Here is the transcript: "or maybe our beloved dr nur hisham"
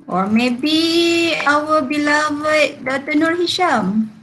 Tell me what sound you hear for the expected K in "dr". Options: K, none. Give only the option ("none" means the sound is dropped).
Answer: none